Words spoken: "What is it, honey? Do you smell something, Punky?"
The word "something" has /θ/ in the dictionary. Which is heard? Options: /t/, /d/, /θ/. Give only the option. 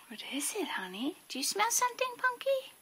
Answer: /t/